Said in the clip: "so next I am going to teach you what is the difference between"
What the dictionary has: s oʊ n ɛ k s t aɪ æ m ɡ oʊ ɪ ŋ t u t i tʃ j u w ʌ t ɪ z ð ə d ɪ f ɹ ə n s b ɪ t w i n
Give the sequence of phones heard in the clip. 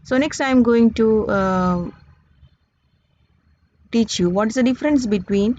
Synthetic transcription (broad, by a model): s oʊ n ɛ k s t aɪ m ɡ oʊ ɪ ŋ t u t i tʃ j u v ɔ t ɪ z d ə d ɪ f ɹ ə n s b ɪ t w i n